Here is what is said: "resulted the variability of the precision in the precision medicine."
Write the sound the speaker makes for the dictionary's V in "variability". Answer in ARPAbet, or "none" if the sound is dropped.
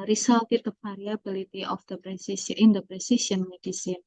P